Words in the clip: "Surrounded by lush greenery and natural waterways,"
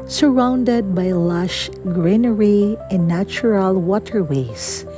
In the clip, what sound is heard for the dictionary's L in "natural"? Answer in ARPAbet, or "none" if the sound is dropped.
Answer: L